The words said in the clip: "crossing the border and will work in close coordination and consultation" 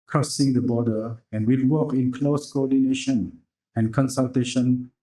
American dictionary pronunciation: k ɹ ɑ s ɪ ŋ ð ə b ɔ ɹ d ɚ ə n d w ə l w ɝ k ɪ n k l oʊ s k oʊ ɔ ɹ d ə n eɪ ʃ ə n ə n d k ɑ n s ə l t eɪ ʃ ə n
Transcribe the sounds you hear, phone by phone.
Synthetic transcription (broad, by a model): k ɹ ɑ s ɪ ŋ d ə b ɔ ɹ d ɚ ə n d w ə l w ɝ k ɪ n k l oʊ s k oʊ ɔ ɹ d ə n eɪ ʃ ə n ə n k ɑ n s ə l t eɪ ʃ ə n